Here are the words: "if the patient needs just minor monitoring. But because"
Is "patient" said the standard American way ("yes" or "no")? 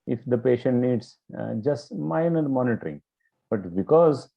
yes